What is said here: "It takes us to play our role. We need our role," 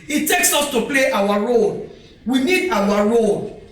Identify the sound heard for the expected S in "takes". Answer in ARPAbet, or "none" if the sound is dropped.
S